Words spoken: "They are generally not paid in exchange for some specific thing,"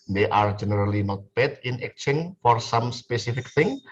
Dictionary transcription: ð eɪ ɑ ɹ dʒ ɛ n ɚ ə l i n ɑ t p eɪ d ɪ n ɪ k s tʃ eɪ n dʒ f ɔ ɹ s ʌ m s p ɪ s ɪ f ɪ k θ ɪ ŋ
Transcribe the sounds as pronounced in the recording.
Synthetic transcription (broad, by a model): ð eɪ ɑ ɹ dʒ ɛ n ɚ ə l i n ɑ t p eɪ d ɪ n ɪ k tʃ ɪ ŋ f ɔ ɹ s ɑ m s p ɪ s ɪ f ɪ k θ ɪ ŋ